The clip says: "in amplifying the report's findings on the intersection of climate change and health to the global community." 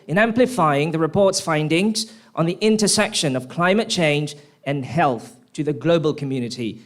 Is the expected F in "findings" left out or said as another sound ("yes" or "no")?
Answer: no